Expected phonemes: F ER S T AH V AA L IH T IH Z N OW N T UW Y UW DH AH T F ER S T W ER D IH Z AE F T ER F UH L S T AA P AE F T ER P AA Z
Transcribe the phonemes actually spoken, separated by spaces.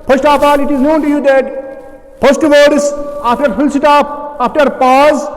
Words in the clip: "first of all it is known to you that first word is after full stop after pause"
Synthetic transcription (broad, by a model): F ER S T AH P AA L IH T IH Z N OW N T UW Y UW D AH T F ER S T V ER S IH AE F T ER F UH L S T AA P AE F T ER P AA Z